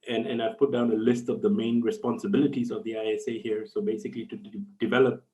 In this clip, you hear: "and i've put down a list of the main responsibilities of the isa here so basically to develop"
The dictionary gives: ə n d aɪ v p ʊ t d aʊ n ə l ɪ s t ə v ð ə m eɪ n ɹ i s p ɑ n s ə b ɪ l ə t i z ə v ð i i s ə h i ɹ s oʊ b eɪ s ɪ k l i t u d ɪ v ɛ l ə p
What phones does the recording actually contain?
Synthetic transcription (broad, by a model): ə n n aɪ v p ʊ t d aʊ n ə l ɪ s t ə v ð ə m eɪ n ɹ i s p ɑ n s ə b ɪ l ə t i z ə v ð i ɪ s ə h i ɹ s oʊ b eɪ s ɪ k l i t u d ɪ v ɛ l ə p